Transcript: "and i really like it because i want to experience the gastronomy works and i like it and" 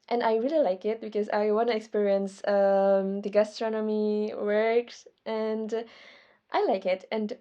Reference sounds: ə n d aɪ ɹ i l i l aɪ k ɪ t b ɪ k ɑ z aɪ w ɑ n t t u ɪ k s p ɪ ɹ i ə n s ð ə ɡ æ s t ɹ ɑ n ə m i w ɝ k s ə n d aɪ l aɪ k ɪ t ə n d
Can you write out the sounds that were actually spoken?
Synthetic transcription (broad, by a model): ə n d aɪ ɹ i l i l aɪ k ɪ t b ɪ k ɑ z aɪ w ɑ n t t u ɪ k s p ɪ ɹ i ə n s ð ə ɡ æ s t ɹ ɑ n ə m i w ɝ k s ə n d aɪ l aɪ k ɪ t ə n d